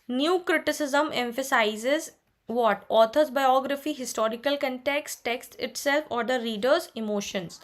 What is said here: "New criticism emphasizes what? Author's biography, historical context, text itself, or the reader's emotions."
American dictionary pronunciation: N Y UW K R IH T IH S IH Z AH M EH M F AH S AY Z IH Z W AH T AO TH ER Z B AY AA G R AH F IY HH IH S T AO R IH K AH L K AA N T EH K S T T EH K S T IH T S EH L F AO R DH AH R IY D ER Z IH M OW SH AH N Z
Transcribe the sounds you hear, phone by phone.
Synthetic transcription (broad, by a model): N Y UW K R IH T IH S IH Z AH M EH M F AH S AY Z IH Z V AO T AO T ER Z B AY AA G R AH F IY HH IH S T AO R IH K AH L K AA N T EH K S T T EH K S T IH T S EH L F AO R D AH R IY D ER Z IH M OW SH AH N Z